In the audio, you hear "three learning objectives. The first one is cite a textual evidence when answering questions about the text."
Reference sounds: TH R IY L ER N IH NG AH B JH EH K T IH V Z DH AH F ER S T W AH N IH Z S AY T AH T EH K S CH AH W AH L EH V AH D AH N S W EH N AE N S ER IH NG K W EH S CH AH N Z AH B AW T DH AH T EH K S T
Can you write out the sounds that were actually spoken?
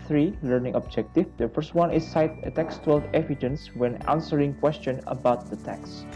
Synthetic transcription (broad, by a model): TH R IY L ER N IH NG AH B JH EH K T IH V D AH F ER S T W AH N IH S AY T AH T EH K S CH W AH L EH V AH D AH N S W EH N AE N S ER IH NG K W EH S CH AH N AH B AW T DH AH T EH K S